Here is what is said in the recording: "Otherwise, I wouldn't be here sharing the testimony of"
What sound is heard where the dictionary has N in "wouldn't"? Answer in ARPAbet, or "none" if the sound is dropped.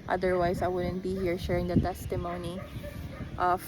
N